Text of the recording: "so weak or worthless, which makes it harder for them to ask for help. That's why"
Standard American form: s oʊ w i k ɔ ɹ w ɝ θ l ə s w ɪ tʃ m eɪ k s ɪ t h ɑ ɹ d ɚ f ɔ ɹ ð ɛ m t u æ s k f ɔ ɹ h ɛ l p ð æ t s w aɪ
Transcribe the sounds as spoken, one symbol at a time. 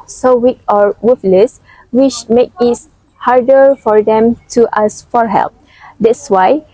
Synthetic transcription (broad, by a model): s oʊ w i k ɔ ɹ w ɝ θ l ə s w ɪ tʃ m eɪ k ɪ t h ɑ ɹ d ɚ f ɔ ɹ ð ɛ m t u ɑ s f ɔ ɹ h ɛ l p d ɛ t s w aɪ